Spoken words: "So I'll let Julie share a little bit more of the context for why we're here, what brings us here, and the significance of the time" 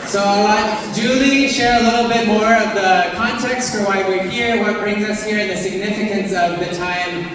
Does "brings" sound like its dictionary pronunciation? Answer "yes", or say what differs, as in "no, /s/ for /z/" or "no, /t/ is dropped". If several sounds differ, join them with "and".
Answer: yes